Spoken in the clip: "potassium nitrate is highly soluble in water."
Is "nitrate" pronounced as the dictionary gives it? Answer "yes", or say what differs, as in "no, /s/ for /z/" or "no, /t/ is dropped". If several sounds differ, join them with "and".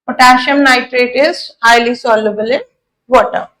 yes